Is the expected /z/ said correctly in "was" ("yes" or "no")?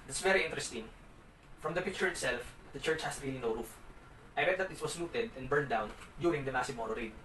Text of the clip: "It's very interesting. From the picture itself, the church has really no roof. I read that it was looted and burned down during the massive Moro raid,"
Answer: no